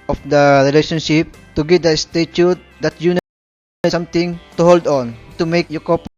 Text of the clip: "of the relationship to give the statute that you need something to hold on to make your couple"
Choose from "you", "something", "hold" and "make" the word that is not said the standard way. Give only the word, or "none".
something